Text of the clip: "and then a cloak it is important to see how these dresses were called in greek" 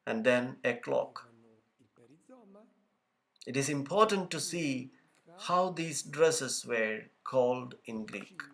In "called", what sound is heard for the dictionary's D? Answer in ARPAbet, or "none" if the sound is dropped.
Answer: D